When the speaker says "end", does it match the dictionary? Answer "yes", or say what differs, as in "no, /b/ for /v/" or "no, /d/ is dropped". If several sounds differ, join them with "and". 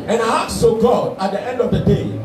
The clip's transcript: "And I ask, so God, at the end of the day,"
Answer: yes